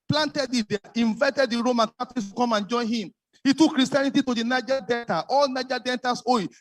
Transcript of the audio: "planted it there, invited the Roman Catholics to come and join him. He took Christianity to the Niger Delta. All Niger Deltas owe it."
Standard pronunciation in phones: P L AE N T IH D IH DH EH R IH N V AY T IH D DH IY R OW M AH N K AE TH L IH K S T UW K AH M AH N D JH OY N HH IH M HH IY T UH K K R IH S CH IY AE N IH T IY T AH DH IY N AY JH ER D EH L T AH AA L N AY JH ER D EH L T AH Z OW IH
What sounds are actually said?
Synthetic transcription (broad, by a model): P L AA N T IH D IH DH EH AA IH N V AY T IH D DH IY R OW M AH N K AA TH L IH S T UW K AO M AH N JH OY N HH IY M HH IY T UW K K R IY S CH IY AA N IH T IY T AH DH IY N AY JH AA D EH N T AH AA L N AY JH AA D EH N T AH S OW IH